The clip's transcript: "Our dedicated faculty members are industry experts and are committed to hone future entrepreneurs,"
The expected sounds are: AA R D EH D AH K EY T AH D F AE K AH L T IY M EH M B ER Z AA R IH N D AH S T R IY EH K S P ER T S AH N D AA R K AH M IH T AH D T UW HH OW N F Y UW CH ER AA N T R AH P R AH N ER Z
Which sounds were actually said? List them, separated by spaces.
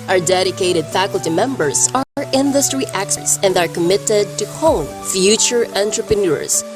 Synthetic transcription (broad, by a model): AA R D EH D AH K EY T AH D F AE K AH L T IY M EH M B ER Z AA R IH N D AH S T R IY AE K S ER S AH N D AA R K AH M IH T AH D T UW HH OW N F Y UW CH ER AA N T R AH P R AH N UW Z